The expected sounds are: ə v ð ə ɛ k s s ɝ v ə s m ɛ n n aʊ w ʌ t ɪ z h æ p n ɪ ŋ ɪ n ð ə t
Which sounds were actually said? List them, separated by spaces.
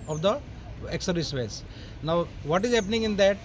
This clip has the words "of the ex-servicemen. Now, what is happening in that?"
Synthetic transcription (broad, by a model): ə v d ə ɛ k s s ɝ ə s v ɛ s n aʊ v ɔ t ɪ z h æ p n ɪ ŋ ɪ n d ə t